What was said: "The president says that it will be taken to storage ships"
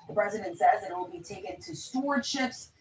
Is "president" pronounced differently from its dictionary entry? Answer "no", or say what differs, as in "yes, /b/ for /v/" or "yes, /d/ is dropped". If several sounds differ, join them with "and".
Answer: no